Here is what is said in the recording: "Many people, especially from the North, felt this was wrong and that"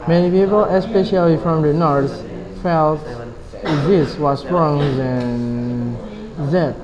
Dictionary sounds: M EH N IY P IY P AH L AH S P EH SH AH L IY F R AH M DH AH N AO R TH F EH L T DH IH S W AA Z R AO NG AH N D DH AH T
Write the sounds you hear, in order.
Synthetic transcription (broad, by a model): M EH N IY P IY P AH L AH S P EH SH AH L IY F R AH M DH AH N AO R S F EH L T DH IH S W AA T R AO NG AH N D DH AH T